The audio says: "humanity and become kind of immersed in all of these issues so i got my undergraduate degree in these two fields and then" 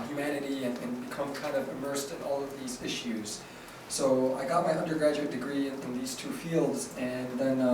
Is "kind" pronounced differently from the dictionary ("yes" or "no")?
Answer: no